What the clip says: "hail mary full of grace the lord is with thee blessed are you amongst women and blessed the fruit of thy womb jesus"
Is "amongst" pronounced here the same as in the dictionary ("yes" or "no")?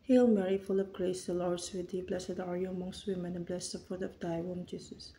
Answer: yes